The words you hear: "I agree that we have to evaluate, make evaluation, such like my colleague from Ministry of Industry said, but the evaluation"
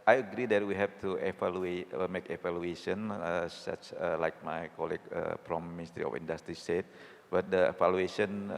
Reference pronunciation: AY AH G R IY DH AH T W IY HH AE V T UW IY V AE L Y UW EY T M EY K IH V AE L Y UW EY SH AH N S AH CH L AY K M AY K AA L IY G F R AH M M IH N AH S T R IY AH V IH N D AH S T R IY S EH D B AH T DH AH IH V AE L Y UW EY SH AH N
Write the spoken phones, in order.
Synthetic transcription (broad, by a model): AY AH G R IY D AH T W IY HH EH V T UW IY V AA L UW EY M EY K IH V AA L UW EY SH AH N S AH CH L AY K M AY K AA L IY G P R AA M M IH N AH S T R IY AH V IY N D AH S T R IY S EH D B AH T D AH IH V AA L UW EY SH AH N